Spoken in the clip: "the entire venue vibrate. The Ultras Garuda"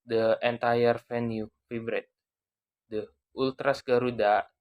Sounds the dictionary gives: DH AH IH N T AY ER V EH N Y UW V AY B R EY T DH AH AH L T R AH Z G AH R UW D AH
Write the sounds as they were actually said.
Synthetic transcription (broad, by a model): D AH IH N T AY ER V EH N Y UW F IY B R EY T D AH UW L T R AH S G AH R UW D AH